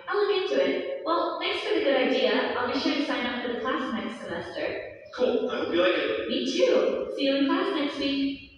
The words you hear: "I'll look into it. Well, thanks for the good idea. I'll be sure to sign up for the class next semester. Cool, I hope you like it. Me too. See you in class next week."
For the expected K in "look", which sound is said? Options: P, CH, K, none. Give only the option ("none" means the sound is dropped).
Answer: none